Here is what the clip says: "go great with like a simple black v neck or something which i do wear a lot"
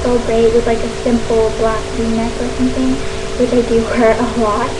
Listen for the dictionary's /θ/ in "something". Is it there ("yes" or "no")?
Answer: yes